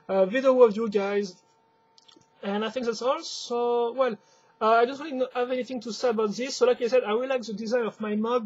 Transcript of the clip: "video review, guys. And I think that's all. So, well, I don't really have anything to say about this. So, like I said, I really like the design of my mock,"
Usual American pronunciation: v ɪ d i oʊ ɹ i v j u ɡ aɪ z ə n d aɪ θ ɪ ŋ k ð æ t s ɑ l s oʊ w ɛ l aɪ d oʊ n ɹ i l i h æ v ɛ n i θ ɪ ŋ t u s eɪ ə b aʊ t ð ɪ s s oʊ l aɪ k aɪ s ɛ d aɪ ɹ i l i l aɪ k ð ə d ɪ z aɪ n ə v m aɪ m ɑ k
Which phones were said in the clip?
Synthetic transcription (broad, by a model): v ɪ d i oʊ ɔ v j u ɡ aɪ z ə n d aɪ θ ɪ ŋ k ð æ t s ɑ l s oʊ w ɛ l aɪ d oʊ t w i n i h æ v ɛ n i θ ɪ ŋ t u s eɪ ə b aʊ t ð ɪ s s oʊ l aɪ k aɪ s ɛ d aɪ w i l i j k ð ə d ɪ z aɪ n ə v m aɪ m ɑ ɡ